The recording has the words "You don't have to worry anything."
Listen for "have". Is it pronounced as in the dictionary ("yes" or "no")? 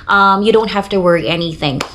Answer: no